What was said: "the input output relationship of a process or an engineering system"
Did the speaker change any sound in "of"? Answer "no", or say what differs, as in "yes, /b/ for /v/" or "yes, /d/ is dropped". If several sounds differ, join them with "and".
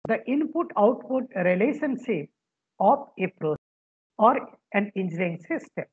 yes, /p/ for /v/